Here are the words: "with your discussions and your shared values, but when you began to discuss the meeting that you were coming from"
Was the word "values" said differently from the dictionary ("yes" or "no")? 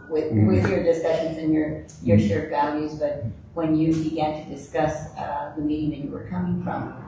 no